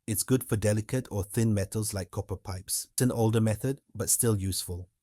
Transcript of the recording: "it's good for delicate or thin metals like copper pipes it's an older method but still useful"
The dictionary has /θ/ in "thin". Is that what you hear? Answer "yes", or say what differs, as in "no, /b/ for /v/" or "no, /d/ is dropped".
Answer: yes